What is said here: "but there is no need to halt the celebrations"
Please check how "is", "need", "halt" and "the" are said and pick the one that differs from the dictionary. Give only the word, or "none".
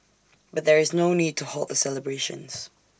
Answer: none